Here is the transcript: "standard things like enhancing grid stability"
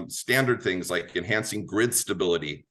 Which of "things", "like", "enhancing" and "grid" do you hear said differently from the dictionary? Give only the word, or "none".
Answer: none